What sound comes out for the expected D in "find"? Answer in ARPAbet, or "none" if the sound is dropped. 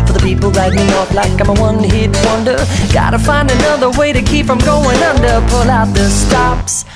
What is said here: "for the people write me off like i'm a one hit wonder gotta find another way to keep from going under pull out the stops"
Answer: D